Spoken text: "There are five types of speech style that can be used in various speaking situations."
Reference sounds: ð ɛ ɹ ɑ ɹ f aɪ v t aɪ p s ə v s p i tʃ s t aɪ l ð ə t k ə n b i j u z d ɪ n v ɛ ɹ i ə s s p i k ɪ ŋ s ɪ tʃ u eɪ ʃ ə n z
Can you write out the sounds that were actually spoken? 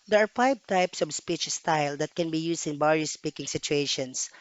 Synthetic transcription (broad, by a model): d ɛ ɹ ɑ ɹ f aɪ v t aɪ p s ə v s p i tʃ s t aɪ l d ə t k ə n b i j u s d ɪ n b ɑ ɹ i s s p i k ɪ ŋ s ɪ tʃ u eɪ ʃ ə n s